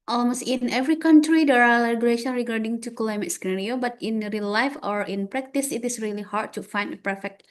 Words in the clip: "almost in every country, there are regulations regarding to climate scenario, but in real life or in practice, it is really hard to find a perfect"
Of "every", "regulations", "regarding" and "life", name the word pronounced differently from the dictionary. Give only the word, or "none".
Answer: regulations